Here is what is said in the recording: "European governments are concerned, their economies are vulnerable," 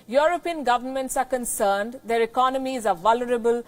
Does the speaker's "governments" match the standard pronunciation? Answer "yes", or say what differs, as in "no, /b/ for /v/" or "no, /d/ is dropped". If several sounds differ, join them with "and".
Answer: yes